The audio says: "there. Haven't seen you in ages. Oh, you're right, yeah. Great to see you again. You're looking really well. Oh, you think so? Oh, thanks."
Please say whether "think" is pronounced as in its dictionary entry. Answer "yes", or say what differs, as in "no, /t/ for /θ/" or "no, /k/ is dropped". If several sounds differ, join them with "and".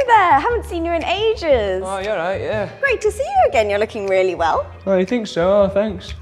yes